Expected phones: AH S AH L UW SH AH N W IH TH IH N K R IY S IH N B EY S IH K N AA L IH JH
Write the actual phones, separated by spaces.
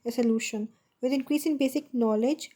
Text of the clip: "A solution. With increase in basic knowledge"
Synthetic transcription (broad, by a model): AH S AH L UW SH AH N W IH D IH N K R IY S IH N B EY S IH K N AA L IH JH